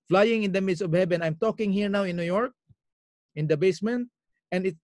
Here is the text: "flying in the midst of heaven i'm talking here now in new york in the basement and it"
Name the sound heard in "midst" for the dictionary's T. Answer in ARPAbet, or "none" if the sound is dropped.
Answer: none